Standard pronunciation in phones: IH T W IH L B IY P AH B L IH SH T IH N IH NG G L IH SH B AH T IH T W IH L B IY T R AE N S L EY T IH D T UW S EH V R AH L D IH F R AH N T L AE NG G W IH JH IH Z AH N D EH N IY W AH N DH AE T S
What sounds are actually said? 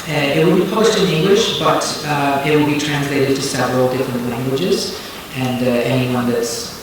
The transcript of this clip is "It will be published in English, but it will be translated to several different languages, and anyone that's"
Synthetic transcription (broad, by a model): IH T W IH L B IY P AH B L IH SH T IH N IH NG G L IH SH B AH T IH T W IH L B IY T R AE N S L EY T IH D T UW S EH V R AH L D IH F R AH N T L AE NG G W IH JH IH Z AH N D EH N IY W AH N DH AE T S